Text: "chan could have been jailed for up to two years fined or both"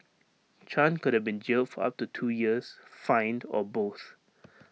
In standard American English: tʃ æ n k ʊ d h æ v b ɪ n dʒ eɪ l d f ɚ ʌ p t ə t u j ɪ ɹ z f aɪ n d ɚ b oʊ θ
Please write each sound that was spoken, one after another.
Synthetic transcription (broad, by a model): tʃ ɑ n k ʊ d h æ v b ɪ n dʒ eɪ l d f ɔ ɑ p t ə t u j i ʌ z f aɪ n d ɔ b oʊ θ